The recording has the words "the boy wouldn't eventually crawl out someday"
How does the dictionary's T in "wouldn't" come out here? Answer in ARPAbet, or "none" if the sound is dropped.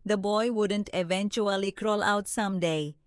T